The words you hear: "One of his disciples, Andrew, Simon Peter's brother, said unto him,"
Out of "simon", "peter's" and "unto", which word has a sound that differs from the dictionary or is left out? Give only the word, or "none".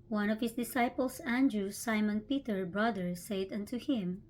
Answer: peter's